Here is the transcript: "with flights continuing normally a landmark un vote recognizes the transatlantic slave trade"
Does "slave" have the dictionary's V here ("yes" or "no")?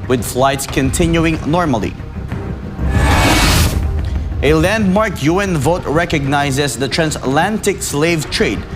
yes